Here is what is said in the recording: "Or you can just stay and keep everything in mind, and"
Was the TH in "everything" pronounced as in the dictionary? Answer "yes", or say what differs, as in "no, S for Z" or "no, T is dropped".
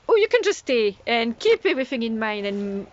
yes